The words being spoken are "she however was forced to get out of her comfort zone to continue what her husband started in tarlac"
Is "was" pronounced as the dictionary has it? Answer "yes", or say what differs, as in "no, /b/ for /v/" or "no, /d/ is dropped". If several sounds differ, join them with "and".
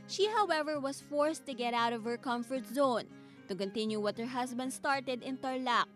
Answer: no, /s/ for /z/